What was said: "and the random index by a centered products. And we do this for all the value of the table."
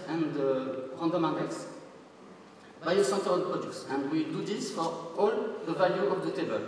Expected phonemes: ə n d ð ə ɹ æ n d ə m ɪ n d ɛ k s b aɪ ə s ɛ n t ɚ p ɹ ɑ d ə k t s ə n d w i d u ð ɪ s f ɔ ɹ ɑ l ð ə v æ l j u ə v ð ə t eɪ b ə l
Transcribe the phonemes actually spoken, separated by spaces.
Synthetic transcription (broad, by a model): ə n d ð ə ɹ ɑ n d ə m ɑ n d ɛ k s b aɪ ə s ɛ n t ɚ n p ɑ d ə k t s ə n d w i d u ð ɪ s f ɔ ɹ ɑ l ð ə v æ l j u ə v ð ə t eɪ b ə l